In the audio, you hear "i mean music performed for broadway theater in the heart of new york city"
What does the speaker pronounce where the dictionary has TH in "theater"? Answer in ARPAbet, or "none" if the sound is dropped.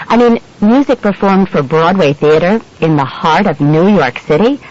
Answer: TH